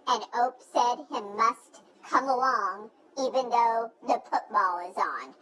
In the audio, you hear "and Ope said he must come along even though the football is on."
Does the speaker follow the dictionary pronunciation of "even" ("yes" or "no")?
yes